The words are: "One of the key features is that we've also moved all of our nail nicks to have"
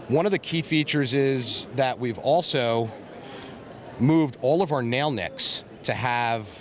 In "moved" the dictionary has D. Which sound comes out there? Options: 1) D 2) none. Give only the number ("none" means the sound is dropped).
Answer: 1